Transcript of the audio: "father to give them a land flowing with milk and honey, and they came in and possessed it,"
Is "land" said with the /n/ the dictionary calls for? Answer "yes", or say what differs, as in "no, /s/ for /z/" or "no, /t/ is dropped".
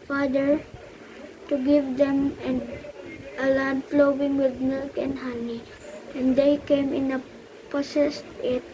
no, /l/ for /n/